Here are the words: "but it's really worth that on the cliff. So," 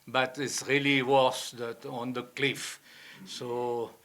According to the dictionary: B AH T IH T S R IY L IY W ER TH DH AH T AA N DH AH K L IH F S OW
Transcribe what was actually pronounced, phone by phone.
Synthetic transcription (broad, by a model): B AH T IH T S R IY L IY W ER S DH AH T AA N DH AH K L IH F S OW